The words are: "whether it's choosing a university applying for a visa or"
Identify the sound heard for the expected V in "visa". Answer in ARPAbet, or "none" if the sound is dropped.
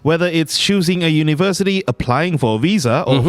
V